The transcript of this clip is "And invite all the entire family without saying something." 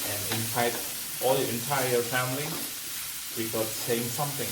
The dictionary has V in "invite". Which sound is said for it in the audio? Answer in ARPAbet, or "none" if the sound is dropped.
F